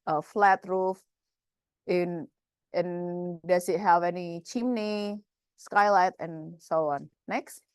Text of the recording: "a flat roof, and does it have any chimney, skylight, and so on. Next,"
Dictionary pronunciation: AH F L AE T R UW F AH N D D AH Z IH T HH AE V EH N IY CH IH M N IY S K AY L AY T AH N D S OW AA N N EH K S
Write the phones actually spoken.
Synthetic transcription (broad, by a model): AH F L AE T R UW F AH N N D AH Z IH T HH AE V EH N IY CH IH M N IY S K AY L AY T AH N S OW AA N N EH K S